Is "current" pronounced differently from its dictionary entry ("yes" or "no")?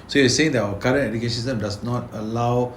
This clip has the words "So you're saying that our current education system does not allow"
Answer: yes